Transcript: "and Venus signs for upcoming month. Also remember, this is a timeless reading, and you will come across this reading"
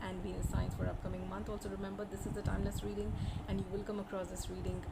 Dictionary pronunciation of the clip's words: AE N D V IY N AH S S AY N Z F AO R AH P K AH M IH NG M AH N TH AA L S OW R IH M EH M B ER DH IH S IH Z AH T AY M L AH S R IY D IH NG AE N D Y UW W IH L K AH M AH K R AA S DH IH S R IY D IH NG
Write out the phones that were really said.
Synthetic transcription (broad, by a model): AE N D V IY AH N S AY N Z F AO R AH P K AH M IH NG M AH N T AA L S OW R IH M EH M B ER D IH S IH Z AH T AY M L AH S R IY D IH NG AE N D Y UW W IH L K AH M AH K R AA S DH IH S R IY D IH NG